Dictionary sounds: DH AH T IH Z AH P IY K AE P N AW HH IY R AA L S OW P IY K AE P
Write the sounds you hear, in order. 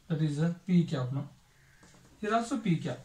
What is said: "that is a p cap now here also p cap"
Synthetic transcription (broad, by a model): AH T IH Z AH P IY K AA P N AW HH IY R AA S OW P IY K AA